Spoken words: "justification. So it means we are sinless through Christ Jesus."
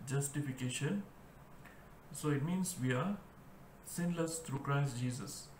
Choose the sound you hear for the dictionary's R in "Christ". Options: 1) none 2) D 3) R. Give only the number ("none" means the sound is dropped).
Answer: 3